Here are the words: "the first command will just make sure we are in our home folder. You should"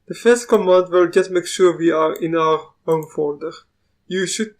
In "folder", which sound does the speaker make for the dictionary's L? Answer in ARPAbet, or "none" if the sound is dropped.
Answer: N